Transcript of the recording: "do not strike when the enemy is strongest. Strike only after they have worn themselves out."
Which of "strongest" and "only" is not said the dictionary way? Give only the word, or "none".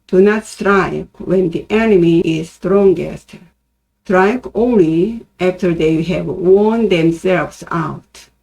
none